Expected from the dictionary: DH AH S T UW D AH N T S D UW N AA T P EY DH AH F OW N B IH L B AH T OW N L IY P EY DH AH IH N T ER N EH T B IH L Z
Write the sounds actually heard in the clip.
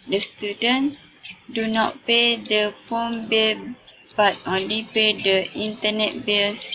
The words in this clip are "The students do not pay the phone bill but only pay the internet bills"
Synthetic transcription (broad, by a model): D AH S T UW D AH N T S D UW N AA T P EY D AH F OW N B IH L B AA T OW N L IY P EY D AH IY N T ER N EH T B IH L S